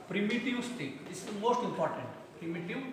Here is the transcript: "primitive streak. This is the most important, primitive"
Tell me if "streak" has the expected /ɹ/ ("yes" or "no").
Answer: no